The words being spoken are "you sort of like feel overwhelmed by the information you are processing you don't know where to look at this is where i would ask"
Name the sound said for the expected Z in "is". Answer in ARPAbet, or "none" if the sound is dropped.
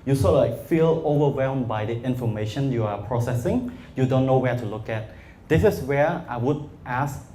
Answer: S